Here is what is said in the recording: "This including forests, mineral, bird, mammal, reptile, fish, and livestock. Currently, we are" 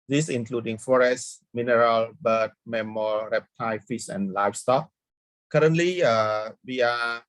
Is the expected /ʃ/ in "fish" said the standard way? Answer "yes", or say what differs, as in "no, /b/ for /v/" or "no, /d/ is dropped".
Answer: no, /s/ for /ʃ/